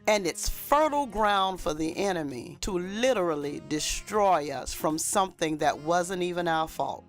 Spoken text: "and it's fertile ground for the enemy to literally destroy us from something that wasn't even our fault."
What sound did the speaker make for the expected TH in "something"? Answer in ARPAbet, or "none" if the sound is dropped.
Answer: TH